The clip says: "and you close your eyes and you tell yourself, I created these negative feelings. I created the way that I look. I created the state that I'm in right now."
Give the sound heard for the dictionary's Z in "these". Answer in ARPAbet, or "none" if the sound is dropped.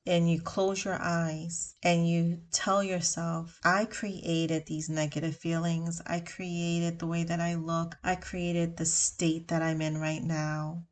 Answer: Z